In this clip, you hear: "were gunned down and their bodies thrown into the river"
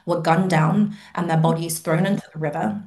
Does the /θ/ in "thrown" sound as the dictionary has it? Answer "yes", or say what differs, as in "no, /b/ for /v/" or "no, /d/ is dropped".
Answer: yes